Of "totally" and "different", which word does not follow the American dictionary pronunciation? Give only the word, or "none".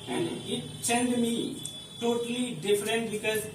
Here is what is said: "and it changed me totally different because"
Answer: none